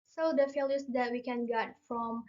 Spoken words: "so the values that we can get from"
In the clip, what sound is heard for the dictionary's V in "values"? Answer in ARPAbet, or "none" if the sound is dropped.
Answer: F